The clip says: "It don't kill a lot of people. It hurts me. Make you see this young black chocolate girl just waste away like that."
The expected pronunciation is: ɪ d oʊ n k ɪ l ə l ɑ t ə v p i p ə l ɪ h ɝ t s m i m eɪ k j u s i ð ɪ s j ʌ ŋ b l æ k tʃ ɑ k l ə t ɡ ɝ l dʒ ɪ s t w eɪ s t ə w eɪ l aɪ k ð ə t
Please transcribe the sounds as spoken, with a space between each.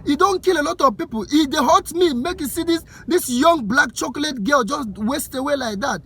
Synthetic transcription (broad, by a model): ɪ d oʊ n k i l ə l ɑ t ə v p i p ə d ɪ h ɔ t m i m eɪ k j u s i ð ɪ s j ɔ ŋ b l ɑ k tʃ ɑ k l ə t ɡ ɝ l dʒ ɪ s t w eɪ s t ə w eɪ l aɪ k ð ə t